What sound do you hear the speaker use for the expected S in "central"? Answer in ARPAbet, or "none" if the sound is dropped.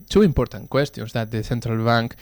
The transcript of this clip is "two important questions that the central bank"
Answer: TH